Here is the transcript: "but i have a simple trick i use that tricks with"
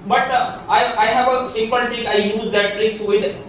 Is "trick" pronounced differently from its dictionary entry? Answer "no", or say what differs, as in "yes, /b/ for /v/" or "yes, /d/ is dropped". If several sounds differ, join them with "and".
yes, /ɹ/ is dropped